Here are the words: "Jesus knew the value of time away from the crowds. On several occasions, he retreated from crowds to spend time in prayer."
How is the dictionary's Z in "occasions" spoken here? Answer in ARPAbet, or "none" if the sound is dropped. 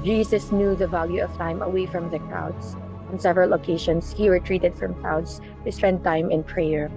S